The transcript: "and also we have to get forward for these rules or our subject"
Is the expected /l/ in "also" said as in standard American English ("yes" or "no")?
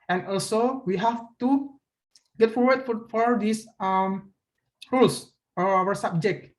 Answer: yes